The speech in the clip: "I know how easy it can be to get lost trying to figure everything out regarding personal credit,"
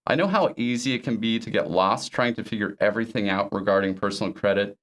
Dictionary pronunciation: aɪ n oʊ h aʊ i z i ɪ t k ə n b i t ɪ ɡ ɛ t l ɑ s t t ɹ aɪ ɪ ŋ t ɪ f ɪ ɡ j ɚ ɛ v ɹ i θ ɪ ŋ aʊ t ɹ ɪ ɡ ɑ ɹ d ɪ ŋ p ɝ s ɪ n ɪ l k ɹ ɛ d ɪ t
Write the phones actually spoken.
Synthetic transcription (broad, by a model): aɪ n oʊ h aʊ i z i ɪ t k ə n b i t ɪ ɡ ɛ t l ɑ s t t ɹ aɪ ɪ ŋ t ɪ f ɪ ɡ j ɚ ɛ v ɹ i θ ɪ ŋ aʊ t ɹ ɪ ɡ ɑ ɹ d ɪ ŋ p ɝ s n l k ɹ ɛ d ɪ t